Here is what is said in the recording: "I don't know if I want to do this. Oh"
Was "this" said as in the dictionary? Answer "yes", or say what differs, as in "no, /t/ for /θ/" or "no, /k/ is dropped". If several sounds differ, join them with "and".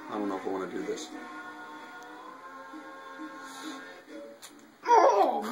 yes